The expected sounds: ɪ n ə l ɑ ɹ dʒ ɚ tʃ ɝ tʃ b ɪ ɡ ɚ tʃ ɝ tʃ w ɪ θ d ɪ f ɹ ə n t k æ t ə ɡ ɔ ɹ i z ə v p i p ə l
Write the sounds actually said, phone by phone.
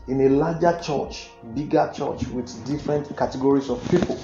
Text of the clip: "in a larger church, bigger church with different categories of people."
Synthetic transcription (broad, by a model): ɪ n ə l ɑ dʒ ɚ tʃ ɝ tʃ b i ɡ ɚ tʃ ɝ tʃ w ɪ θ d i f ɹ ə n t k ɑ t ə ɡ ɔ ɹ i s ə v p i p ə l